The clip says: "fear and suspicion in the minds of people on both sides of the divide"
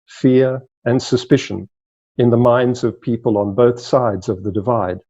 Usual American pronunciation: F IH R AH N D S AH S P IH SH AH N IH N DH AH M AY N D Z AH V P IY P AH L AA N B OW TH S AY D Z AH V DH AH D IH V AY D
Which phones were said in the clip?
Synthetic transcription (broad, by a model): F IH R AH N S AH S P IH SH AH N IH N DH AH M AY N D Z AH V P IY P AH L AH N B OW TH S AY D Z AH V DH AH D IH V AY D